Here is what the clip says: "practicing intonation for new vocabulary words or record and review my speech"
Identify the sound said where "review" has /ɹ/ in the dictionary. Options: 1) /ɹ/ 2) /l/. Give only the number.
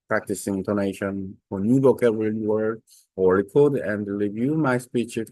1